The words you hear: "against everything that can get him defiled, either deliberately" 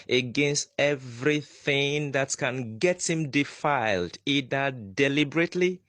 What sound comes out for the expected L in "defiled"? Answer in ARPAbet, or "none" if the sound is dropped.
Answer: L